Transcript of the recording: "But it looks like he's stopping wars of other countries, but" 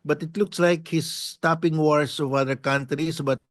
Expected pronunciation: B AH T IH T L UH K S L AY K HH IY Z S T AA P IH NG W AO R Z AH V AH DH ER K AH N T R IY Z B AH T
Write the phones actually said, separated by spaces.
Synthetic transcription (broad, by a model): B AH T IH T L UH K S L AY K HH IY S T AA P IH NG W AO R S AH V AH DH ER K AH N T R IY S B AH T